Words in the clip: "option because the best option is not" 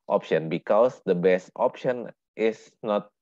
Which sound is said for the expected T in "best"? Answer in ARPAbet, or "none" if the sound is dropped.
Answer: T